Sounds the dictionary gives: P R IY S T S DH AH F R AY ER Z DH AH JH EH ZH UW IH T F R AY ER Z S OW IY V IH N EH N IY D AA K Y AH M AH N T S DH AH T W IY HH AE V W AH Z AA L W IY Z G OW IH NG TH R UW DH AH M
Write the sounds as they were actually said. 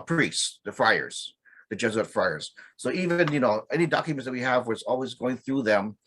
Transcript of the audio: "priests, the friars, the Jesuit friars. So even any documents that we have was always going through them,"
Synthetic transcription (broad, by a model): P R IY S S DH AH F R AY ER Z DH AH JH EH Z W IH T F R AY ER Z S OW IY V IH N EH N IY D AA K Y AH M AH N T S DH AH T W IY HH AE V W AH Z AA L W IY Z G OW IH NG TH R UW DH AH M